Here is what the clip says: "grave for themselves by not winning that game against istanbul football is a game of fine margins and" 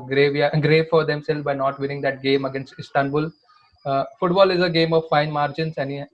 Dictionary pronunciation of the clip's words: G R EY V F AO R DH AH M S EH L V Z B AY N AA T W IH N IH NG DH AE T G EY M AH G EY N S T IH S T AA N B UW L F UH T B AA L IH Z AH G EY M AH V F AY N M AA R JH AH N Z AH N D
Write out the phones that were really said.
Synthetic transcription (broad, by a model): G R EY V F AO R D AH M S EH L Z B AY N AA T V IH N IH NG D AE T G EY M AH G EY N S T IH S T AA N B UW L F UH T B AA L IH Z AH G EY M AH V F AY N M AA R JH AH N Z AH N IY